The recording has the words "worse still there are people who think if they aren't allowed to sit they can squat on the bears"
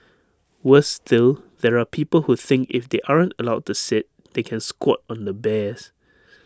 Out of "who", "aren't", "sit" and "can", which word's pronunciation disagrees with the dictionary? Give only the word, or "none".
none